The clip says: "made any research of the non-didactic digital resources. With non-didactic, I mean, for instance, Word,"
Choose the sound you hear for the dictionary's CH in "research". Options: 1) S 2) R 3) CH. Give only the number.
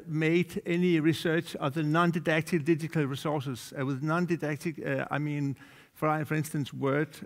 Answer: 3